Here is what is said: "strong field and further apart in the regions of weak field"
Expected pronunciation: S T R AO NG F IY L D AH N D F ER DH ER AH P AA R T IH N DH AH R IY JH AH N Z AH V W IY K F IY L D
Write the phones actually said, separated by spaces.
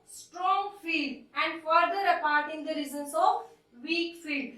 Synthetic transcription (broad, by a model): S T R AO NG F IY L D AH N D F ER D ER AH P AA R T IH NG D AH R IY Z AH N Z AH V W IY K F IY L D